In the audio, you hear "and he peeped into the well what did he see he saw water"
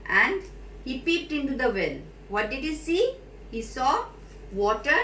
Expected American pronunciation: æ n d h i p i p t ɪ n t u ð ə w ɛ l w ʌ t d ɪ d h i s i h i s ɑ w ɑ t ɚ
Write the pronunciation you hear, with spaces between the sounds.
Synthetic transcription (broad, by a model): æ n d h i p i p t ɪ n t u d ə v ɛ l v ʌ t d ɪ d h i s i h i s ɑ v ɑ t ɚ